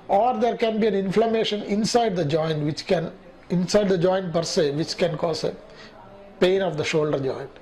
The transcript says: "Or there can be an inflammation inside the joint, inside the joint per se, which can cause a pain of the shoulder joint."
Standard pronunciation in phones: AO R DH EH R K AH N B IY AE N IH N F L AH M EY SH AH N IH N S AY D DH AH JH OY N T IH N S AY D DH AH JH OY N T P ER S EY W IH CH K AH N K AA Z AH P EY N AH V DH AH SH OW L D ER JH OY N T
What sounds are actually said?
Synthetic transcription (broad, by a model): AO R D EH R K AH N B IY AE N IH N F L AH M EY SH AH N IH N S AY D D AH JH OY N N IH N S AY D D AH JH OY N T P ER S EY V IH CH K AH N K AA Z AH P EY N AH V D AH SH OW L D ER JH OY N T